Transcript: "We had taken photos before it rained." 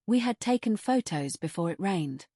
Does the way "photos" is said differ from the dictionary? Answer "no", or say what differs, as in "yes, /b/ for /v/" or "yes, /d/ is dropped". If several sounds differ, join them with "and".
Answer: no